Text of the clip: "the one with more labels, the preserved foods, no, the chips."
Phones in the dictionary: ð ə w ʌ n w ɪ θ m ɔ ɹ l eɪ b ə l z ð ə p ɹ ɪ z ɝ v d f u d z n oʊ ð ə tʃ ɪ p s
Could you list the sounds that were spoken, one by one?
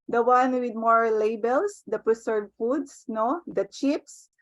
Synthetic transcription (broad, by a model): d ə w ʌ n w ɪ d m ɔ ɹ l eɪ b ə l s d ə p ɹ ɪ s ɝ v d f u d s n oʊ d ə tʃ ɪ p s